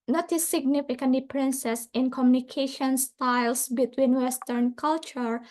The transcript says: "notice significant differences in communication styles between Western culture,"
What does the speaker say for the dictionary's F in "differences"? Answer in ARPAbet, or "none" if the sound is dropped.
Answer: P